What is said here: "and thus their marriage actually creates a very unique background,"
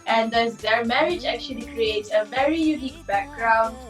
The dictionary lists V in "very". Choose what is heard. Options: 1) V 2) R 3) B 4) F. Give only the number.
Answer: 1